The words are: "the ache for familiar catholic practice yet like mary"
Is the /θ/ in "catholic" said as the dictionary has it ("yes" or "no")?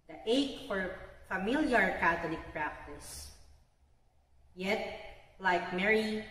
no